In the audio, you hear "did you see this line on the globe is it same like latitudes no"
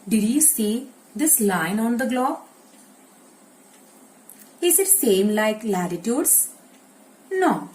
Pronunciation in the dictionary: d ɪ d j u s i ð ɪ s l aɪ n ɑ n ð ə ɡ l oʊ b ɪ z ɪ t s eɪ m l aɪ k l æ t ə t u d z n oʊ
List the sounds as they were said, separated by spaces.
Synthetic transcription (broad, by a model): d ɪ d j u s i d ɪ s l aɪ n ɑ n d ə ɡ l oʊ ɪ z ɪ t s eɪ m l aɪ k l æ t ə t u d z n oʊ